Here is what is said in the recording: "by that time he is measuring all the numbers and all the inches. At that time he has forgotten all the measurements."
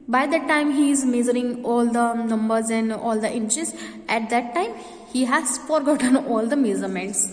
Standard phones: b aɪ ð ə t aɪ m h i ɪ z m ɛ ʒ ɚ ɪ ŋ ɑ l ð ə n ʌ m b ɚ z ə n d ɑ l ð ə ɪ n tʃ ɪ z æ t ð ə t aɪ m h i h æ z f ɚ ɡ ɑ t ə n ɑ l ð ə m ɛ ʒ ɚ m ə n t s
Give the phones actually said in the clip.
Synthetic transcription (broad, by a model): b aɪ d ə t aɪ m h i ɪ z m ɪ z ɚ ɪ ŋ ɑ l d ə n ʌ m b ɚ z ə n d ɑ l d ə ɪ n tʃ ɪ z æ t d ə t aɪ m h i h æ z f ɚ ɡ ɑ t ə n ɑ l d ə m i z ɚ m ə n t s